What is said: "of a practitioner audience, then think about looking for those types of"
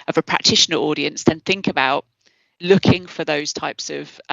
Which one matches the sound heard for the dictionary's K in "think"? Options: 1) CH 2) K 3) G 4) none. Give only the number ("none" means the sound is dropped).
2